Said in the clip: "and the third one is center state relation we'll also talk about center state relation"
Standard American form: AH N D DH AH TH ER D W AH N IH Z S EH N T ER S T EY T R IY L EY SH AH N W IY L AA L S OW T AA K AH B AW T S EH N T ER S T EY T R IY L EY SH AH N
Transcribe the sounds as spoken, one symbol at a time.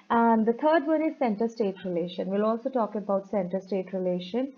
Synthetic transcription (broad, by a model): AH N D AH T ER D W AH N IH Z S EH N T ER S T EY T R IY L EY SH AH N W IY L AA L S OW T AA K AH B AW T S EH N T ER S T EY T R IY L EY SH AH N